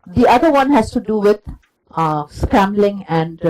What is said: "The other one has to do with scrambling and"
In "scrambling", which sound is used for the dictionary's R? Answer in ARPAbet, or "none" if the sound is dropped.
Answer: none